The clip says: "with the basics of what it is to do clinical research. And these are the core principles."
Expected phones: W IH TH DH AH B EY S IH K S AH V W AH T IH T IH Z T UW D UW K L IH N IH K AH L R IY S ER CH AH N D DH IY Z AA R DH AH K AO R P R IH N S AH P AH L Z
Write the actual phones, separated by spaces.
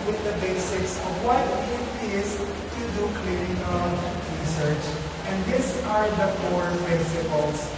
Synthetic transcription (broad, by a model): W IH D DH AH B EY S IH K S AH V W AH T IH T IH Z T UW D UW K L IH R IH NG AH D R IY S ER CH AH N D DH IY S AA R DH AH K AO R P R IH N S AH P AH L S